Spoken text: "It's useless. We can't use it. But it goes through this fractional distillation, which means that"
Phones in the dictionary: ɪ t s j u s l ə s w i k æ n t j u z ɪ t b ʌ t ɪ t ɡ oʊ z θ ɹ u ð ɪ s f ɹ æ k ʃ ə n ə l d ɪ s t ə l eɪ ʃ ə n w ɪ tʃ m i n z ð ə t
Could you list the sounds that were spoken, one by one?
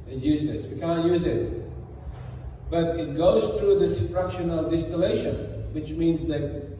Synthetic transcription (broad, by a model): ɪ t j u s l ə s w i k æ n t j u z ɪ t b ʌ t ɪ t ɡ oʊ z θ ɹ u ð ɪ s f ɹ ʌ k ʃ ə n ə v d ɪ s t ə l eɪ ʃ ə n w ɪ tʃ m i n z ð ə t